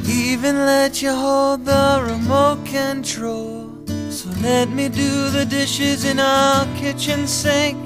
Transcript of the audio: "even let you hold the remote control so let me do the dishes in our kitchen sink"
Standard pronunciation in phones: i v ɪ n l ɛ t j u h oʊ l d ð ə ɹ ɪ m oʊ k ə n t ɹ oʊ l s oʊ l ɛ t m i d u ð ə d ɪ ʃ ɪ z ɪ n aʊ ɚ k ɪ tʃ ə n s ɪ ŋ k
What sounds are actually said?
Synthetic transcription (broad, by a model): i v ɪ n l ɛ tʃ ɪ h oʊ l d ð ə ɹ ɪ m oʊ k ə n t ɹ oʊ l s oʊ l ɛ t m i d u ð ə d ɪ ʃ ɪ z ɪ n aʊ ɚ k ɪ tʃ ə n s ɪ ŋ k